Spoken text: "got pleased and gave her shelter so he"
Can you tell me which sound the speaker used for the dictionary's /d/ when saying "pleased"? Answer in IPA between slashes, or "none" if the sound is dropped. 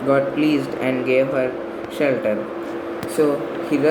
/d/